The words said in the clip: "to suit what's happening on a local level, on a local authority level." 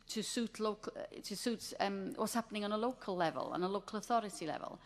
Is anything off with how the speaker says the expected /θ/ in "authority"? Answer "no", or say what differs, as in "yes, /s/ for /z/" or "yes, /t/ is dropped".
no